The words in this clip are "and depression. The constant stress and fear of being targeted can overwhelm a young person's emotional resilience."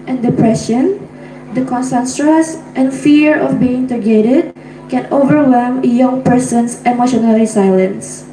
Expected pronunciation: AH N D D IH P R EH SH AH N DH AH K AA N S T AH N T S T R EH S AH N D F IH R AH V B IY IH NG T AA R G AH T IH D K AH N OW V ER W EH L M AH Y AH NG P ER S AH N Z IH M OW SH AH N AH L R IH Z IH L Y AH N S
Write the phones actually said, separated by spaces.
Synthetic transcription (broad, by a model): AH N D D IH P R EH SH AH N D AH K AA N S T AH N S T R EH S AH N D F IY R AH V B IY IH NG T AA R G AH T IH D K AH N OW V ER W EH L M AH Y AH NG P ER S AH N S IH M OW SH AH N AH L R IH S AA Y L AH N S